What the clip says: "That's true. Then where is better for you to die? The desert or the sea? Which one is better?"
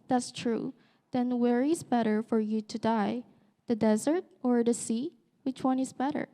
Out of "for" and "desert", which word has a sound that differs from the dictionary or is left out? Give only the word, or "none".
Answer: none